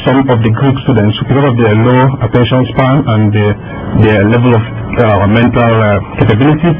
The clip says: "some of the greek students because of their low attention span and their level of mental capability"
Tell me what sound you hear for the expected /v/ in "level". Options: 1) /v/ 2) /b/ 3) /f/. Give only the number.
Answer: 1